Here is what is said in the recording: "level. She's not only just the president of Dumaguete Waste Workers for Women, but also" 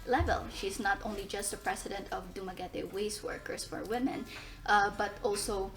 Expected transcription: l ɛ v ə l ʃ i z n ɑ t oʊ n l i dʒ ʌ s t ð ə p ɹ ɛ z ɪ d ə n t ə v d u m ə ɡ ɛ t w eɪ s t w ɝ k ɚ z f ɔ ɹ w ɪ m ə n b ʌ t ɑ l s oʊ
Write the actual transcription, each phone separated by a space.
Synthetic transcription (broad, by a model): l ɛ v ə l ʃ i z n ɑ t oʊ n l i dʒ ʌ s t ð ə p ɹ ɛ s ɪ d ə n t ə v d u m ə ɡ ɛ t w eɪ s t w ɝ k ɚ s f ɔ ɹ w ɪ m ə n b ʌ t ɑ l s oʊ